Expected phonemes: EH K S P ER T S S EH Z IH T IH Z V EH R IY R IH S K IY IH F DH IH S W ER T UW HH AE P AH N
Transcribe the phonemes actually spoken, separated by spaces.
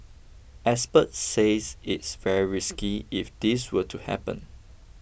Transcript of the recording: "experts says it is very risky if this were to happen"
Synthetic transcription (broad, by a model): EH S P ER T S S EH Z IH T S V EH R IY R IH S K IY IH F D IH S W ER T UW HH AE P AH N